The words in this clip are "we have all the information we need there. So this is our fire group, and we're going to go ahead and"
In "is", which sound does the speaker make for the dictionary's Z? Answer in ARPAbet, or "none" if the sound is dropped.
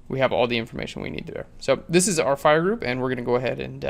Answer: Z